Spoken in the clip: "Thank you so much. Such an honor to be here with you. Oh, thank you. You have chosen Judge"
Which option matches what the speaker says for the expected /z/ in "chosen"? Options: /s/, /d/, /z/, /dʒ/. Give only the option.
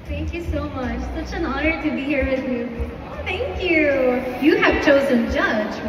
/z/